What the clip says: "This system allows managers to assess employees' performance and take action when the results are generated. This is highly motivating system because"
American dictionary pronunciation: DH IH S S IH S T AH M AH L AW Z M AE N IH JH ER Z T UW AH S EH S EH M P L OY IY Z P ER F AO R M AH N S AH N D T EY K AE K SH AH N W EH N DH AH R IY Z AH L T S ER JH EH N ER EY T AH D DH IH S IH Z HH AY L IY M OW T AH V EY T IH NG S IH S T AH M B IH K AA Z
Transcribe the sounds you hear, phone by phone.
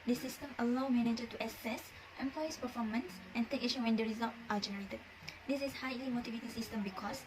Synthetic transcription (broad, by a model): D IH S S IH S T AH M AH L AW M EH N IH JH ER T UW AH S EH S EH M P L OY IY S P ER F AO M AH N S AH N T EY K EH SH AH W EH N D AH R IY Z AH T T AA JH EH N ER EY T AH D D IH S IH S HH AY L IY M OW T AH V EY T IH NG S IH S T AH M B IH K AA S